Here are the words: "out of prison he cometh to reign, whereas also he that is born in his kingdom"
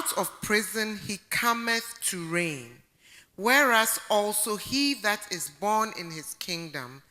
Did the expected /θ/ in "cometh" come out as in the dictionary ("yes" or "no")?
yes